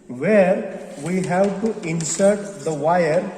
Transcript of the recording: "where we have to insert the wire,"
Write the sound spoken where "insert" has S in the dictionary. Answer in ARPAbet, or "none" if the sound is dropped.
S